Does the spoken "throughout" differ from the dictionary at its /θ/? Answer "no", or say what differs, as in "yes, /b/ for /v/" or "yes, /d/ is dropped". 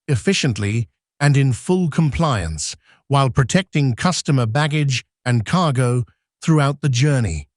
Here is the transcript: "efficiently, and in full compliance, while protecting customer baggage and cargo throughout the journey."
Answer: no